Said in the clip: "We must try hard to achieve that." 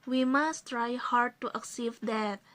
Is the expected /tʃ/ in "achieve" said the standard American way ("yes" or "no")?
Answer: no